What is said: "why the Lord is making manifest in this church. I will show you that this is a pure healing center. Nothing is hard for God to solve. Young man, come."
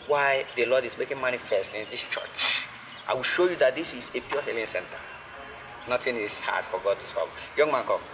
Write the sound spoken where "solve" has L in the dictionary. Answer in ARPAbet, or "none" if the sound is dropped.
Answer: none